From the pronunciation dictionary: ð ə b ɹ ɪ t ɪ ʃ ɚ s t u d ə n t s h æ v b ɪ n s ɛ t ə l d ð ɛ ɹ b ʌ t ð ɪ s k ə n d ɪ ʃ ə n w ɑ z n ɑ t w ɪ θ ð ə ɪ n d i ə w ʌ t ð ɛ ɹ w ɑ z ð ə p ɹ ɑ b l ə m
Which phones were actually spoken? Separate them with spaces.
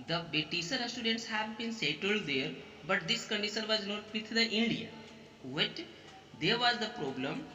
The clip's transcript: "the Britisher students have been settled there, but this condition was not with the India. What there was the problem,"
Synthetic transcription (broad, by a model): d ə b ɪ t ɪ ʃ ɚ s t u d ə n t s h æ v b ɪ n s ɛ t ə l d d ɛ ɹ b ʌ t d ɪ s k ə n d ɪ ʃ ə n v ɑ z n ɑ t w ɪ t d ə ɪ n d i ə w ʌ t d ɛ ɹ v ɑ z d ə p ɹ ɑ b l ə m